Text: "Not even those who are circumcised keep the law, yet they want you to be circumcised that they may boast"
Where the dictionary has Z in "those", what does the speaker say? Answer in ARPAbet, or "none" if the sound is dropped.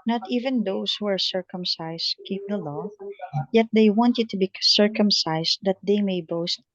S